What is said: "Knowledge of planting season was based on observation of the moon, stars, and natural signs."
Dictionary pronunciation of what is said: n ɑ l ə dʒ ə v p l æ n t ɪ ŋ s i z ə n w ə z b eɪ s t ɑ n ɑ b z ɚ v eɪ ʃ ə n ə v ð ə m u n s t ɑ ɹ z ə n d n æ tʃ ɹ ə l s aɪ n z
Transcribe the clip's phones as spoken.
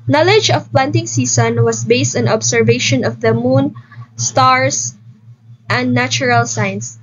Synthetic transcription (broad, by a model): n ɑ l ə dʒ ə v p l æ n t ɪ ŋ s i s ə n w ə s b eɪ s t ɑ n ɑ b s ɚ v eɪ ʃ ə n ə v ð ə m u n s t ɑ ɹ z ə n d n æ tʃ ɹ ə l s aɪ n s